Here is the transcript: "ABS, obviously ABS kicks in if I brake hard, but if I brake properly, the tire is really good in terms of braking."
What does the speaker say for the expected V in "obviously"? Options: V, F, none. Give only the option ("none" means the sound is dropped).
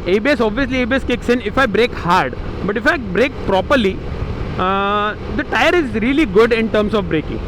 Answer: V